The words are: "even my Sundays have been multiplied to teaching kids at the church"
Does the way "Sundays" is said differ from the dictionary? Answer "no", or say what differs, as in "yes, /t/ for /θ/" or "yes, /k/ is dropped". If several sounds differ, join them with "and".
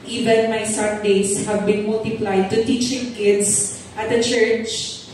yes, /s/ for /z/